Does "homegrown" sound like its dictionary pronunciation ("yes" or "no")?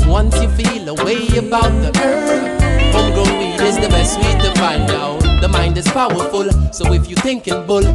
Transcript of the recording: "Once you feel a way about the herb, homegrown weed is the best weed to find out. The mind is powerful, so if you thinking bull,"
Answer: no